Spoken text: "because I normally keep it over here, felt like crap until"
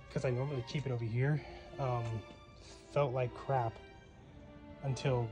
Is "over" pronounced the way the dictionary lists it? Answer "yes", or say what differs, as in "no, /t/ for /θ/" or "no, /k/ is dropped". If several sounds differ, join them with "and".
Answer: yes